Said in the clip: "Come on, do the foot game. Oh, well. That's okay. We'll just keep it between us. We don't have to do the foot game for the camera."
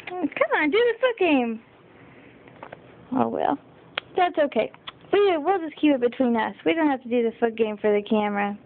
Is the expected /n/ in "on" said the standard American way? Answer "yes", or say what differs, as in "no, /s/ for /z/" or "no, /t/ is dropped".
yes